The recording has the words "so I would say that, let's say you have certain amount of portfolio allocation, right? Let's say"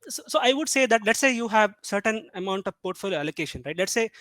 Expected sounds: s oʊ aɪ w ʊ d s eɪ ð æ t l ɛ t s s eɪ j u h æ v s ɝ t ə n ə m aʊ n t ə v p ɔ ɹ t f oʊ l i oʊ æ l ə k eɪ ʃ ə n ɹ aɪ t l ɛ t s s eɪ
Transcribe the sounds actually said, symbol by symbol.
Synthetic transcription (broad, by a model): s oʊ aɪ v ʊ d s eɪ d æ t l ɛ t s s eɪ j u h æ v s ɝ t ə n ə m aʊ n t ə v p ɔ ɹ t f oʊ l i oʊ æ l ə k eɪ ʃ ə n ɹ aɪ t l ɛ t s s eɪ